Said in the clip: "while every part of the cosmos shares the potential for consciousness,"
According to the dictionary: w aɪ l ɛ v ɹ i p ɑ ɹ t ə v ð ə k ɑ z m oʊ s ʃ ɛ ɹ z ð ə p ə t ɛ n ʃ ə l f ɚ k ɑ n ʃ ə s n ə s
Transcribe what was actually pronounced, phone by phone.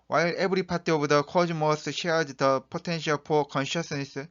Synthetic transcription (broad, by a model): w aɪ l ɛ b ɹ i p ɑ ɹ t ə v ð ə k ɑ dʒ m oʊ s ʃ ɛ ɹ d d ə p ə t ɛ n ʃ ə l p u k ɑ n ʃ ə s n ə s